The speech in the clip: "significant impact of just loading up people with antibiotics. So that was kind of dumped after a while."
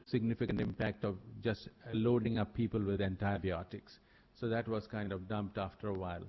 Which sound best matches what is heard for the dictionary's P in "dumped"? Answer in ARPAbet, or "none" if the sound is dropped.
P